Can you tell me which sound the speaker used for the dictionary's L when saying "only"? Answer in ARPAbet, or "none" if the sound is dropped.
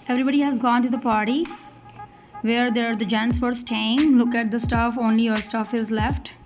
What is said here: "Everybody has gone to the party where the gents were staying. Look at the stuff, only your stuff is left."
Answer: L